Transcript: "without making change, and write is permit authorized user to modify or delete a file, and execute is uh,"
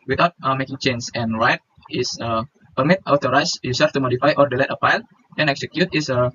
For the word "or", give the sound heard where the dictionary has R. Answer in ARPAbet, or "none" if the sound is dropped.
R